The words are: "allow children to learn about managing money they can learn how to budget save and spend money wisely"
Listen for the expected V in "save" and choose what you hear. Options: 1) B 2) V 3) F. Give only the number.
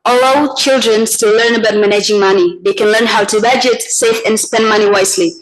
3